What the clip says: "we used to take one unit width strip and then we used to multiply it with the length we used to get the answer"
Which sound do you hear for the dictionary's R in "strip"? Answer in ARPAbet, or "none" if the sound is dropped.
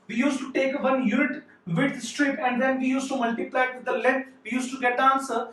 R